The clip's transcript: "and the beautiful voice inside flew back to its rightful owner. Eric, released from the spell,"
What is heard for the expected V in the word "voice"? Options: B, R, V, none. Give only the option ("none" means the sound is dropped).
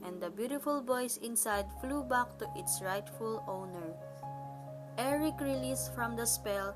B